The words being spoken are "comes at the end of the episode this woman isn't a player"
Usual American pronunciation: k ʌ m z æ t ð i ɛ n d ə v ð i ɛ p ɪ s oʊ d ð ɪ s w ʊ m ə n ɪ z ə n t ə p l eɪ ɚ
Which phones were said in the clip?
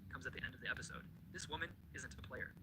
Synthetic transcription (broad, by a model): k ʌ m z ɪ t ð i ɛ n d ə v ð i ɛ p ɪ s oʊ d ð ɪ s w ʊ m ə n ɪ z ə n t ə p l eɪ ɚ